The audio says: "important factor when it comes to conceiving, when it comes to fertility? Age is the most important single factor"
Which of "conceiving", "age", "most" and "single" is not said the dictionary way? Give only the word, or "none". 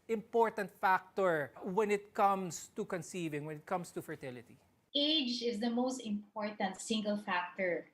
none